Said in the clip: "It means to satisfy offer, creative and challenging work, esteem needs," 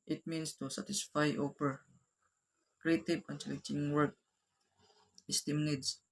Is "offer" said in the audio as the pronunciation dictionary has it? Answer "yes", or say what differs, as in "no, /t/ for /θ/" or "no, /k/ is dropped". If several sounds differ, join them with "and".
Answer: no, /p/ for /f/